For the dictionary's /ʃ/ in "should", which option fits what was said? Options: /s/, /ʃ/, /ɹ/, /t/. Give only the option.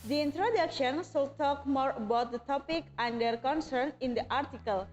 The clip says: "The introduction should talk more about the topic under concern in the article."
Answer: /s/